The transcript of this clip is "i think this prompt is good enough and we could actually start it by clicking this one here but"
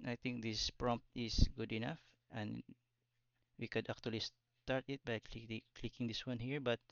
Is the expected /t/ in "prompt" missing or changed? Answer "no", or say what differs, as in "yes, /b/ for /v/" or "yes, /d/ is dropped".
no